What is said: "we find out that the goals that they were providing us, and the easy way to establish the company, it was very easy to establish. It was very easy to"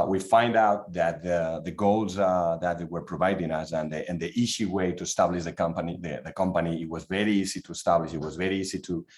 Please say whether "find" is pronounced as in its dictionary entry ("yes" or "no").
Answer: yes